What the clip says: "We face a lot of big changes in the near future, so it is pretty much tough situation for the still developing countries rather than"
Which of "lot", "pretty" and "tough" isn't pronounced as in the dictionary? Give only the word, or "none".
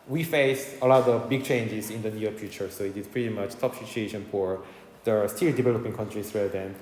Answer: tough